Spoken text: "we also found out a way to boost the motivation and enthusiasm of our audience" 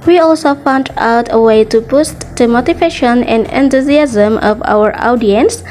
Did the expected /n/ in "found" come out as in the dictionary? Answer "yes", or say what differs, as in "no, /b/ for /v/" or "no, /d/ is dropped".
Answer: yes